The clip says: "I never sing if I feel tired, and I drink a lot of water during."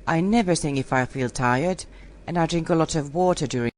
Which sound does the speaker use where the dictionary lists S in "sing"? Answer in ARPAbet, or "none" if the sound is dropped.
TH